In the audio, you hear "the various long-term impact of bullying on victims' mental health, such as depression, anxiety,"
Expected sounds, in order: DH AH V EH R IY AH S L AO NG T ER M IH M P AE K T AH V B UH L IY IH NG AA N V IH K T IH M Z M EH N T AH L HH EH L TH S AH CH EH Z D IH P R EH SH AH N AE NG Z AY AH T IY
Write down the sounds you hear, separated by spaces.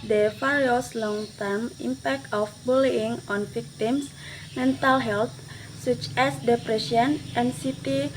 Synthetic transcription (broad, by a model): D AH F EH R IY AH S L AO NG T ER M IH M P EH K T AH F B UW L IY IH NG AA N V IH K T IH M S M EH N T AH L HH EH L T S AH CH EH S D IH P R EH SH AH N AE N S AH T IY